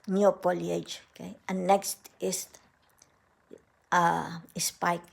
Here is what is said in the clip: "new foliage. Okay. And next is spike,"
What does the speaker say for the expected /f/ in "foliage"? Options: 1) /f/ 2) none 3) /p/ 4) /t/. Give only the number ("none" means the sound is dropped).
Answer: 3